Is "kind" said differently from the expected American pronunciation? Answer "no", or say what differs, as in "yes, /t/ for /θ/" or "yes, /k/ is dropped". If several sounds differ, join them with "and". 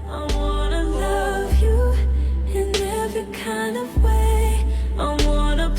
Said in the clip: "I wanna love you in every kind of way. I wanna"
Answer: no